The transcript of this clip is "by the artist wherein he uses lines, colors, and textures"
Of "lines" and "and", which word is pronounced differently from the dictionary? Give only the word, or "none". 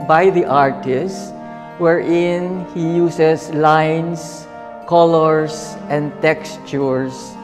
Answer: lines